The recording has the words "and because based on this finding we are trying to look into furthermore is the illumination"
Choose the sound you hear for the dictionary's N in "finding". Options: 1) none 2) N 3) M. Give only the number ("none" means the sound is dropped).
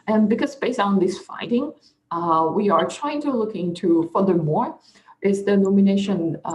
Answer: 1